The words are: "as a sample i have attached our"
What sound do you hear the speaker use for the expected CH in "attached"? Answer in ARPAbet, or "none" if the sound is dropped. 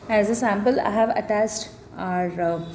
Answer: S